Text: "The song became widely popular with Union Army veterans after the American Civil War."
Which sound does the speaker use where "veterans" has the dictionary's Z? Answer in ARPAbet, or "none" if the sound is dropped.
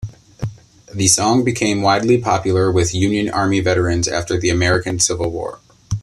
Z